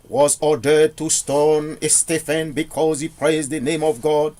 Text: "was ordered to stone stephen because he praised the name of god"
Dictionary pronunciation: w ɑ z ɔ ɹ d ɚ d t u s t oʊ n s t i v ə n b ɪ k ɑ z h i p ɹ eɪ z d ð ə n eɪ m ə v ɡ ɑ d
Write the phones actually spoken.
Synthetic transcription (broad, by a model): w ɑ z ɔ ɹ d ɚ d t u s t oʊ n s t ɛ f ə n b ɪ k ɑ z h i p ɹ eɪ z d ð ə n eɪ m ə v ɡ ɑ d